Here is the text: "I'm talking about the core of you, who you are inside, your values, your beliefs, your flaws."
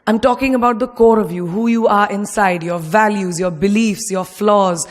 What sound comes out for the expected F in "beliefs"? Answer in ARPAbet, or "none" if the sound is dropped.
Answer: F